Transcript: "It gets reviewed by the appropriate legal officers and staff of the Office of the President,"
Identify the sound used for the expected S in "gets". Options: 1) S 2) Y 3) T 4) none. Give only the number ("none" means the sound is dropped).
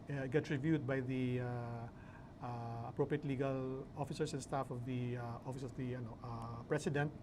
4